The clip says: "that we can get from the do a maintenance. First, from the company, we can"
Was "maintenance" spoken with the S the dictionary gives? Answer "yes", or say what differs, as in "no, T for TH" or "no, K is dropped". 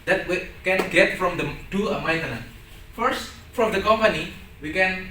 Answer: no, S is dropped